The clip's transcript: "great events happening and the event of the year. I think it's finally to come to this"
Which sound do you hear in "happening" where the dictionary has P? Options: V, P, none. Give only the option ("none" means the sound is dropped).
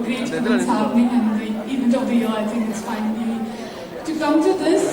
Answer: none